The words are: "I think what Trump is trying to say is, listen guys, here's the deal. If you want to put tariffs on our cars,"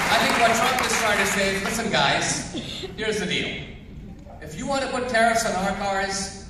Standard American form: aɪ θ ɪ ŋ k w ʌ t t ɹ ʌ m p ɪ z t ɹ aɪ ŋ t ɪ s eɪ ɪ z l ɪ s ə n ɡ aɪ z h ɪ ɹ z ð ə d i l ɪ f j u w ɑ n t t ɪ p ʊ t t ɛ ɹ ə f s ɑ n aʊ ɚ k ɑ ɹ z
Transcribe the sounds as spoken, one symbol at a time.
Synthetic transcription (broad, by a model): aɪ θ ɪ ŋ k w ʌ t t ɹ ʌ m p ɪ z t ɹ aɪ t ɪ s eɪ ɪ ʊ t s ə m ɡ aɪ z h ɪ ɹ z ð ə d i l ɪ f j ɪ w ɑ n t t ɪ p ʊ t t ɛ ɹ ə s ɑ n aʊ ɚ k ɑ ɹ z